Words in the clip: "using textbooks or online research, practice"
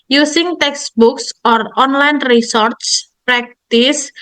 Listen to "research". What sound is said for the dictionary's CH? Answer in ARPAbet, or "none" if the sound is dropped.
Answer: S